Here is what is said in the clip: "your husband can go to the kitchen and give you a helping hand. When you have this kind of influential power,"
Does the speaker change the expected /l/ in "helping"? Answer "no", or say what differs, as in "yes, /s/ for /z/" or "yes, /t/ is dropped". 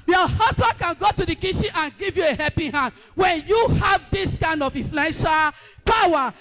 yes, /l/ is dropped